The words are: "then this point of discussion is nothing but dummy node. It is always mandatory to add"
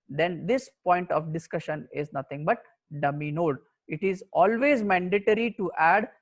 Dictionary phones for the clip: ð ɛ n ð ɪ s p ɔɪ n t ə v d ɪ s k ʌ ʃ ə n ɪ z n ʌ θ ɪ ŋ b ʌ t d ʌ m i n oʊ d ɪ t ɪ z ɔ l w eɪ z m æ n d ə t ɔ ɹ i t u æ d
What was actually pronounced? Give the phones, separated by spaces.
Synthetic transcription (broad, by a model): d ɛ n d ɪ s p ɔɪ n t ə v d ɪ s k ʌ ʃ ə n ɪ z n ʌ t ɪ ŋ b ʌ t d ʌ m i n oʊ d ɪ t ɪ z ɔ l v eɪ z m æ n d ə t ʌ ɹ i t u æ d